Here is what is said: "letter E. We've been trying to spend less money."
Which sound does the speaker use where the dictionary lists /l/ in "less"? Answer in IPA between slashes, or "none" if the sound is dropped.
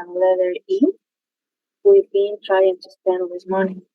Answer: /w/